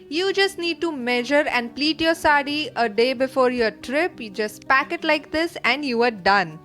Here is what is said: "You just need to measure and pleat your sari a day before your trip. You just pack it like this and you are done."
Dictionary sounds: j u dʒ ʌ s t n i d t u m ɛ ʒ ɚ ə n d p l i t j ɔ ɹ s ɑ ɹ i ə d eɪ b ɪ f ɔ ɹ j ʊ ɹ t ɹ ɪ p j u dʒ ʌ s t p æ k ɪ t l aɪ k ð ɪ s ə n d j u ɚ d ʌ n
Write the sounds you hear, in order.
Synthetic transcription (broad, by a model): j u dʒ ʌ s t n i d t u m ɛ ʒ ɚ ə n d p l i t j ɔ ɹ s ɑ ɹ i ə d eɪ b ɪ f ɔ ɹ j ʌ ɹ t ɹ ɪ p j u dʒ ʌ s t p æ k ɪ t l aɪ k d ɪ s ə n d j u ɚ d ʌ n